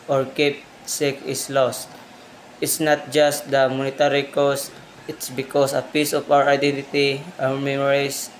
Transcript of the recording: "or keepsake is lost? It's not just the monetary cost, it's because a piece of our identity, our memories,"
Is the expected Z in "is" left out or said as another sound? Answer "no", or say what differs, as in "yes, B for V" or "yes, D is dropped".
yes, S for Z